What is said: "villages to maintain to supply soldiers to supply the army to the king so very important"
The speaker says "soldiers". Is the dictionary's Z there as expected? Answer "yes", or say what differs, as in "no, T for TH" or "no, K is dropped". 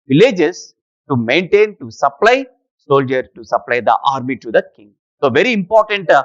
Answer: no, Z is dropped